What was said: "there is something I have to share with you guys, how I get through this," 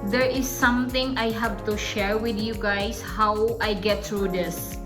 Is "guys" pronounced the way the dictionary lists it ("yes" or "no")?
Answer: no